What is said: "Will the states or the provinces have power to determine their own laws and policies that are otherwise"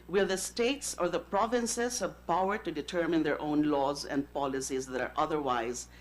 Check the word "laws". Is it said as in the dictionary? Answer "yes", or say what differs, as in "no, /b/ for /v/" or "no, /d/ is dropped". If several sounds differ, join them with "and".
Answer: yes